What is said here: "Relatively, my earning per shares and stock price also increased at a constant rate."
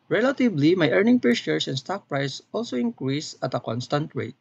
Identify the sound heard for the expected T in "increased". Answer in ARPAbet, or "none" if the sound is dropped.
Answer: none